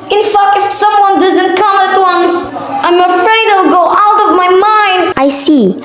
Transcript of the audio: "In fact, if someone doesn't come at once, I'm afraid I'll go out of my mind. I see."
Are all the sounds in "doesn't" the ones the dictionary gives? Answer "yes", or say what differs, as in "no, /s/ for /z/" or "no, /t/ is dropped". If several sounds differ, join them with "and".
yes